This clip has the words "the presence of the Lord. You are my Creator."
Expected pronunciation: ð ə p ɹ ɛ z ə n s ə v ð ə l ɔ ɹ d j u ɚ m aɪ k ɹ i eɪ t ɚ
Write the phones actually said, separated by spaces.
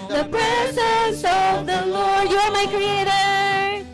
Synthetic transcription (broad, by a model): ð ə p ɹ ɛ s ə s ə v ð ə l ɔ ɹ d j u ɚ m aɪ k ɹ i eɪ t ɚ